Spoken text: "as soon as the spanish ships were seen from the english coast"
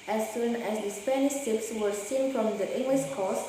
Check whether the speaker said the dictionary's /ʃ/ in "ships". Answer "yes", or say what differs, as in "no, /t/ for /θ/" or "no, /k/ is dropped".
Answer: no, /s/ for /ʃ/